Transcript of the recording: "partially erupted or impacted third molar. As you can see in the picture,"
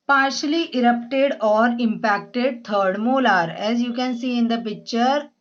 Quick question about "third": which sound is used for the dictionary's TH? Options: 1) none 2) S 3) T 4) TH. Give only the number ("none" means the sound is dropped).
3